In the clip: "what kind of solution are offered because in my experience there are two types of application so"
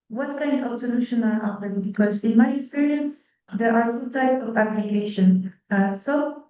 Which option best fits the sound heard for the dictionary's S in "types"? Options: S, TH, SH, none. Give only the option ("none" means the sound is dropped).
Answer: none